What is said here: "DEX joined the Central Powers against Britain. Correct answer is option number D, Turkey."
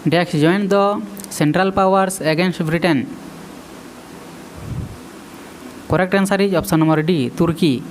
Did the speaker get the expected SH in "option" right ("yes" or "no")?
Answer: no